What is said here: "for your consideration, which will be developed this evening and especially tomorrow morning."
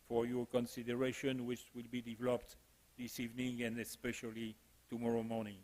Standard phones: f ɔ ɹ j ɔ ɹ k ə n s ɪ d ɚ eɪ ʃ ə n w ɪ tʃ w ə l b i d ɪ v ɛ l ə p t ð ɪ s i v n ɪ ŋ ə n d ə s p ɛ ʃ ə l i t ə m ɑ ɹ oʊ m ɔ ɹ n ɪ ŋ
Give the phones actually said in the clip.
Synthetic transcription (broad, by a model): f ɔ ɹ j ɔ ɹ k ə n s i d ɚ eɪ ʃ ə n w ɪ tʃ w ə l b i d ɪ v ɛ l ə p t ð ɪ s i v n ɪ ŋ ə n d ə s p ɛ ʃ ə l i t ə m ɑ ɹ oʊ m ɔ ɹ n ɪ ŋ